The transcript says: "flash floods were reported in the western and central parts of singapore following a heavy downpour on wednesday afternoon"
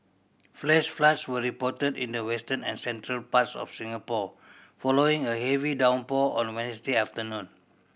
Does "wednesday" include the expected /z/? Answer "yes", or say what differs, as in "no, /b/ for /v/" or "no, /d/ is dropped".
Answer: no, /s/ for /z/